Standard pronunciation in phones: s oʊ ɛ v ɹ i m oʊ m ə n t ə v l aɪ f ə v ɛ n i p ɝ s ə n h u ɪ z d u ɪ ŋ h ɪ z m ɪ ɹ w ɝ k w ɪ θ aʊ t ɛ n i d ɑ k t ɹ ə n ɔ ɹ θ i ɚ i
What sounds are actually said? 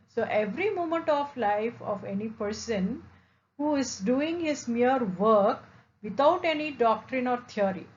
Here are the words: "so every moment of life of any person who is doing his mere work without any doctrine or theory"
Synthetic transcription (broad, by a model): s oʊ ɛ v ɹ i m oʊ m ə n t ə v l aɪ f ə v ɛ n i p ɝ s ə n h u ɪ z d u ɪ ŋ h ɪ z m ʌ ɹ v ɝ k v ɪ t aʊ t ɛ n i d ɑ k t ɹ ə n ɔ ɹ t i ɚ i